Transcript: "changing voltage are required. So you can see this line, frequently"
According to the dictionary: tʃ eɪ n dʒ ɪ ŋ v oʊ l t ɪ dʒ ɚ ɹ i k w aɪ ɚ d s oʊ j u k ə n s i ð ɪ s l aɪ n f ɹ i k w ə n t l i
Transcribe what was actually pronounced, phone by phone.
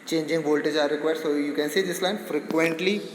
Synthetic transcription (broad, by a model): tʃ eɪ n dʒ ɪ ŋ v oʊ l t ɪ dʒ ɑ ɹ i k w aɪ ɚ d s oʊ j u k ə n s i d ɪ s l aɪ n f ɹ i k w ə n t l i